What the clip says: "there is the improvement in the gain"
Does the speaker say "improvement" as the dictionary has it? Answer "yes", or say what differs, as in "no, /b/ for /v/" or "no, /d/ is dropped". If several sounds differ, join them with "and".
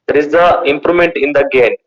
no, /v/ is dropped